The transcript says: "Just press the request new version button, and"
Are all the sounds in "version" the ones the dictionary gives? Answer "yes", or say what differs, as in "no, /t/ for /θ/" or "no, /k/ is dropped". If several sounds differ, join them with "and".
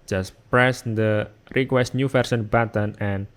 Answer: no, /s/ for /ʒ/